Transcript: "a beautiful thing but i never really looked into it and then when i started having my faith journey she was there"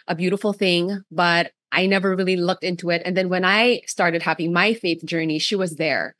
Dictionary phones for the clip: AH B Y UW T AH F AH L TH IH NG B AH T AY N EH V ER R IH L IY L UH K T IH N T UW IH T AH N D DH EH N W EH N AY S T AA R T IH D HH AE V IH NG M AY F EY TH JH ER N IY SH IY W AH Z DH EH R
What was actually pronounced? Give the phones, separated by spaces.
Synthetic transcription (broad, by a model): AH B Y UW T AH F L TH IH NG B AH T AY N EH V ER R IH L IY L UH K T IH N T UW IH T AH N DH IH N W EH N AY S T AA R T IH D HH AE V IH NG M AY F EY TH JH ER N IY SH IY W AH Z DH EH R